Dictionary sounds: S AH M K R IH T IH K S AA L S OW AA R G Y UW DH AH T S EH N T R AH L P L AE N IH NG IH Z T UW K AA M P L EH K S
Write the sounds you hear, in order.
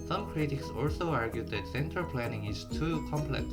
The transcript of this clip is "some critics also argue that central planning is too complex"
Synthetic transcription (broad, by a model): S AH M K R IH T IH K S AA L S OW AA R G Y UW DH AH T S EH N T AH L P L AE N IH NG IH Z T UW K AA M P L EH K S